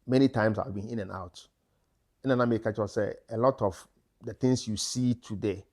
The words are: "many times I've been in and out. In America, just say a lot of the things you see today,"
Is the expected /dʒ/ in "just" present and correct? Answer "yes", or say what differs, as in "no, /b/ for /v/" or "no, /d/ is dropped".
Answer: no, /tʃ/ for /dʒ/